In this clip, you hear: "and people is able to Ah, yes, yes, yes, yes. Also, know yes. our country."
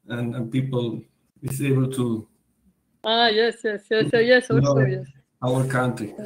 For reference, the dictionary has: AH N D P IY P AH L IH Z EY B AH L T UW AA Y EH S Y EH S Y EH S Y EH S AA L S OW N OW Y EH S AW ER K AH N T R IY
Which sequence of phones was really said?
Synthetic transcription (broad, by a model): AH N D P IY P AH L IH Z EY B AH L T UW AA Y EH S Y EH S Y EH S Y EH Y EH S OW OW Y EH S AW ER K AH N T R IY